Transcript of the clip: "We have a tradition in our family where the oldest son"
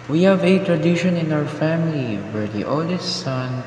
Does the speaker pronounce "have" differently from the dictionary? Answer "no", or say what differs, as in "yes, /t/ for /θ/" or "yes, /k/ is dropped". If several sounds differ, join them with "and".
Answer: no